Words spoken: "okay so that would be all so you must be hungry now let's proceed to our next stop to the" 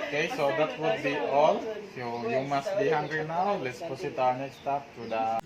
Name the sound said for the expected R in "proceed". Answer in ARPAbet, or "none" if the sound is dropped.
none